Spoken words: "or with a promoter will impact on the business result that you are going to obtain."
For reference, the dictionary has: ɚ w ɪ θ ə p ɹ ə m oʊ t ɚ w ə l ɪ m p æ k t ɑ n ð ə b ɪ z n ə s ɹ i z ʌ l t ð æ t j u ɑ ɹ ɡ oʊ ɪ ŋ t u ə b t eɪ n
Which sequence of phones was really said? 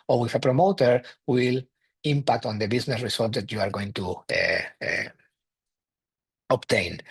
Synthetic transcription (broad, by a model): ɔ w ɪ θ ə p ɹ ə m oʊ t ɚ w ə l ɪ m p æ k t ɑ n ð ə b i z n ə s ɹ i s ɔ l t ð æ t j u ɑ ɹ ɡ oʊ ɪ ŋ t u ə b t eɪ n